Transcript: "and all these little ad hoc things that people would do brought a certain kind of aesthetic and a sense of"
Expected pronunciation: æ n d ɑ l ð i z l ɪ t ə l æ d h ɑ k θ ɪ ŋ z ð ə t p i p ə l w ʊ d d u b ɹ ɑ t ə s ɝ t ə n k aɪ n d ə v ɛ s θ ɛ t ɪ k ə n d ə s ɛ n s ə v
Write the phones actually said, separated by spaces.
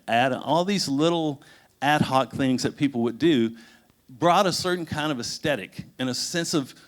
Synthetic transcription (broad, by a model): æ n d ɑ l ð i z l ɪ t l æ d h ɑ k θ ɪ ŋ z ð ə t p i p l w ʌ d d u b ɹ ɑ t ə s ɝ t n k aɪ n d ə v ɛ s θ ɛ t ɪ k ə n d ə s ɛ n s ə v